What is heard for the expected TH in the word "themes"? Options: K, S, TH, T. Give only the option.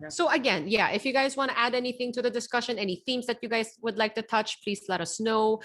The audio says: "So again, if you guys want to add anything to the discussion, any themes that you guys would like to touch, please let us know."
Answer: TH